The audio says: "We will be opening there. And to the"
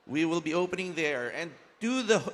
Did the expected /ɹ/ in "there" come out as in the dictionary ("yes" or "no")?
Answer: yes